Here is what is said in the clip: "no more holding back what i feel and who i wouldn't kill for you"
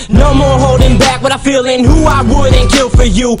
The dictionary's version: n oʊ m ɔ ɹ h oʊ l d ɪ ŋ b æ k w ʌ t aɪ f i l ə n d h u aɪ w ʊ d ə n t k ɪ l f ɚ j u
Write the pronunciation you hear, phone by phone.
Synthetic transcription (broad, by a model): n oʊ m ɔ ɹ h oʊ l d ɪ ŋ b æ k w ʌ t aɪ f i l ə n h u aɪ w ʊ d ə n k ɪ l f ɚ j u